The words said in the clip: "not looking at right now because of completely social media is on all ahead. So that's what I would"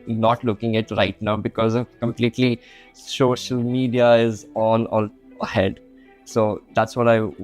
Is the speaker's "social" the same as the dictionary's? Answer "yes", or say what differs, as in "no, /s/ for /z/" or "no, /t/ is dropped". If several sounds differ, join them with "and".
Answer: yes